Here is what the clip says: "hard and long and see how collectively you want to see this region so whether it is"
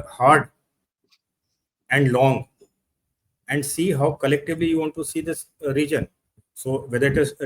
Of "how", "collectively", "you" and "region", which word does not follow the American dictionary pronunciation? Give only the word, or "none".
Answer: none